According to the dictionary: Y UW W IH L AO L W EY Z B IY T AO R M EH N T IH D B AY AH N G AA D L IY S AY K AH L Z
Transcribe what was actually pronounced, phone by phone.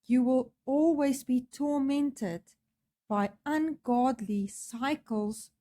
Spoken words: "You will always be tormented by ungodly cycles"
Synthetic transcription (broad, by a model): Y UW W IH L AO L W EY Z B IY T AO M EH N T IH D B AY AH N G AA D L IY S AY K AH L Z